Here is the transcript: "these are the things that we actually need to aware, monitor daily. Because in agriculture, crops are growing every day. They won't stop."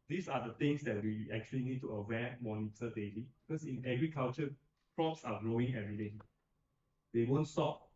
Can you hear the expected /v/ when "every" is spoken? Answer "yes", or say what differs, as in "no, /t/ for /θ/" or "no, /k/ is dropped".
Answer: no, /v/ is dropped